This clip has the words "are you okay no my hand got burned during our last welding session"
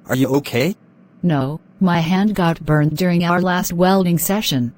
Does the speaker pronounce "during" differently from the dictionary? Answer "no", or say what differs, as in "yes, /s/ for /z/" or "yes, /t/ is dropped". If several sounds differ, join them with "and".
no